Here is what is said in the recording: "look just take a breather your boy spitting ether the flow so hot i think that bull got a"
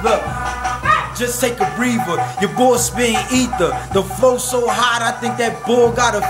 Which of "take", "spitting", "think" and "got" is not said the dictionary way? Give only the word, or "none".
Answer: spitting